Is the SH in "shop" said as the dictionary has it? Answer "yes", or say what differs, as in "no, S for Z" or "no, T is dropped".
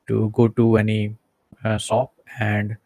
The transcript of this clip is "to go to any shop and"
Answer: no, S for SH